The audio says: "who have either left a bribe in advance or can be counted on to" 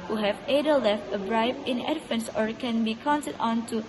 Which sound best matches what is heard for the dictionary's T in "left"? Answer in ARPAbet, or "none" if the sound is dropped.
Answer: T